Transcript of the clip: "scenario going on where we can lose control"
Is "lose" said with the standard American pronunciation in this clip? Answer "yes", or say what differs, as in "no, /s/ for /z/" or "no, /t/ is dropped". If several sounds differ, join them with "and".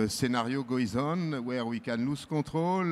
no, /s/ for /z/